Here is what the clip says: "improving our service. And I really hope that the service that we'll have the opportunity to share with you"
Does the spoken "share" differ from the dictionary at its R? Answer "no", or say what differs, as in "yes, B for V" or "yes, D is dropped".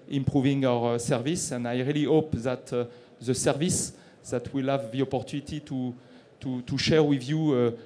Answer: no